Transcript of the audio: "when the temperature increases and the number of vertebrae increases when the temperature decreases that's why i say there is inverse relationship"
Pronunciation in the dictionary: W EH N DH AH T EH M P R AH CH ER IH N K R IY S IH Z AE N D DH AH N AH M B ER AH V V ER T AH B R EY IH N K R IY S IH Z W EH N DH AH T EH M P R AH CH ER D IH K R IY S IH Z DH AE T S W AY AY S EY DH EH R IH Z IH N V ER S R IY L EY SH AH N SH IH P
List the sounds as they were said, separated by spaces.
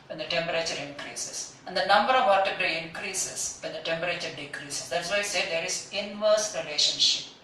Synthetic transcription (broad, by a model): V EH N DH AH T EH M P R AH CH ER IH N K R IY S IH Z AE N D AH N AH M B ER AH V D T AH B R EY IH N K R IY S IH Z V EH N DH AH T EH M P R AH CH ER D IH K R IY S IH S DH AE T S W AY AY S EY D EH R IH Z IH N V ER S R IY L EY SH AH N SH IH P